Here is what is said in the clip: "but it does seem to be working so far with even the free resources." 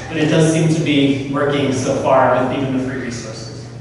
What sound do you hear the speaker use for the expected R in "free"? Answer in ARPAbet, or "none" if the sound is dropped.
R